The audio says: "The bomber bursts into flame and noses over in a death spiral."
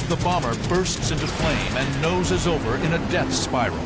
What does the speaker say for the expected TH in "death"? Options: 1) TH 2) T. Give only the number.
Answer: 1